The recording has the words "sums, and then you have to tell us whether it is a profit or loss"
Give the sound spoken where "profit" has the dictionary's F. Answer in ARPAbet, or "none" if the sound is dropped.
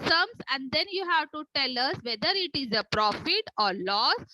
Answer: F